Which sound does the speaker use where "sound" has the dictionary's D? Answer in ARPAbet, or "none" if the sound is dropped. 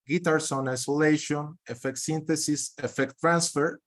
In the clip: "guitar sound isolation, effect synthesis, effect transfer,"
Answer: none